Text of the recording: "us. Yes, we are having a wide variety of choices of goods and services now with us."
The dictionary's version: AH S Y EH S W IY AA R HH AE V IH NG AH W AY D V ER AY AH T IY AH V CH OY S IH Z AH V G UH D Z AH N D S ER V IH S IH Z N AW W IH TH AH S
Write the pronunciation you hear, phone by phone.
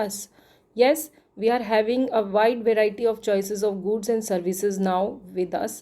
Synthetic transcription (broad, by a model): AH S Y EH S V IY AA R HH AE V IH NG AH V AY D V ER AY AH T IY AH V CH OY S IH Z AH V G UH D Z AH N D S ER V IH S IH Z N AW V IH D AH S